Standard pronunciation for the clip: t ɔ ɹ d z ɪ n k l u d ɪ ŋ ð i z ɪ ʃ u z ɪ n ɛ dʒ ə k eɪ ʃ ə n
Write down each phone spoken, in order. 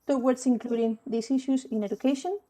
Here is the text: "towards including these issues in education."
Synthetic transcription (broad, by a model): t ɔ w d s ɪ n k l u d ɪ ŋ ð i s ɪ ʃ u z ɪ n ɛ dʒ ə k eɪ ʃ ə n